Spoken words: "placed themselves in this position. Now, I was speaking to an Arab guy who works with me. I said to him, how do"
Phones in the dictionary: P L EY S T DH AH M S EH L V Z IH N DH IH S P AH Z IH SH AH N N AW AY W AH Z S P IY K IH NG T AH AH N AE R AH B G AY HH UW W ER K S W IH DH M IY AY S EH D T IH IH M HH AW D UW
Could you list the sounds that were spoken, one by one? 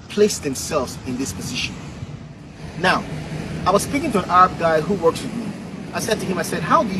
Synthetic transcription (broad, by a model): P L EY S DH AH M S EH L V Z IH N DH IH S P AH Z IH SH AH N N AW AY W AH Z S P IY K IH NG T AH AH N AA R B G AY HH UW W ER K S W IH DH M IY AY S EH D T IH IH M HH AW D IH